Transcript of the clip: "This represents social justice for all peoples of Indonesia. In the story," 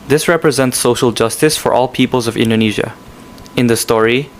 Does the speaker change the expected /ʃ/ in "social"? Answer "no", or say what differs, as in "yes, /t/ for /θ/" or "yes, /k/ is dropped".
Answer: no